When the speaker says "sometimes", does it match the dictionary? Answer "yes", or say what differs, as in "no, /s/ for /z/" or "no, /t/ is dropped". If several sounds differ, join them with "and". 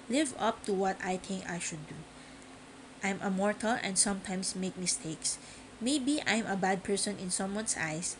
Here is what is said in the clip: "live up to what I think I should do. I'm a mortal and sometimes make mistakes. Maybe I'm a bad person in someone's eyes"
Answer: no, /s/ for /z/